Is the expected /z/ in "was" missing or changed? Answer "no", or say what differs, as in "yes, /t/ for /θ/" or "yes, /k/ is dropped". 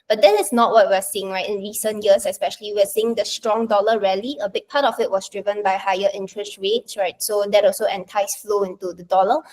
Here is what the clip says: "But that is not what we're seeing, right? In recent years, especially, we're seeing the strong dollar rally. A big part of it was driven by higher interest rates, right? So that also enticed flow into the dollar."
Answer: yes, /s/ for /z/